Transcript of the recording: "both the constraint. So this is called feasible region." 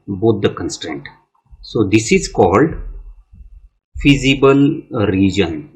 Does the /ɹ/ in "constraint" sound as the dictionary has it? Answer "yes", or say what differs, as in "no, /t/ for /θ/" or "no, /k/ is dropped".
yes